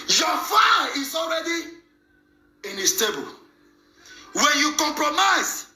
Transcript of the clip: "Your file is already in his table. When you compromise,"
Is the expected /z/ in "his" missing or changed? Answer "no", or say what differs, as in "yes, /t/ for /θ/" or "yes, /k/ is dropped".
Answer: yes, /s/ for /z/